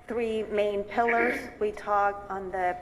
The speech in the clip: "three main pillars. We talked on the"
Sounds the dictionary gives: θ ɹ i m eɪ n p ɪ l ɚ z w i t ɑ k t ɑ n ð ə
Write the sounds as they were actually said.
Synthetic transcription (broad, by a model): θ ɹ i m eɪ n p ɪ l ɚ z w i t ɑ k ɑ n ð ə